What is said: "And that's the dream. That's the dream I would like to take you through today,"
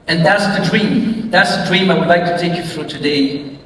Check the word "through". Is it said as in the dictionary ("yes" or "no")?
no